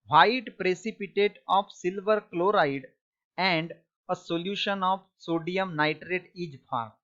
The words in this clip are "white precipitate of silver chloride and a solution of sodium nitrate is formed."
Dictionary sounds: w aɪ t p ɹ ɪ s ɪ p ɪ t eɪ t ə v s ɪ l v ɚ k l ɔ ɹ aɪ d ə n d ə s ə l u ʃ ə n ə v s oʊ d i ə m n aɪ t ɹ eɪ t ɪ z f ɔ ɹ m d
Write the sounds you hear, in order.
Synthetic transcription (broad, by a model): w aɪ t p ɹ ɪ s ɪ p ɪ t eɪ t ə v s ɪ l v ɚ k l ɔ ɹ aɪ d ə n d ə s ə l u ʃ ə n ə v s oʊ d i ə m n aɪ t ɹ eɪ t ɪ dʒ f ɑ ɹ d